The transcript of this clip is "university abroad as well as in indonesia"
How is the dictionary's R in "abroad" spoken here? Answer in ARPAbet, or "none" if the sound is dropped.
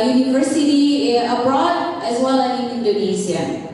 R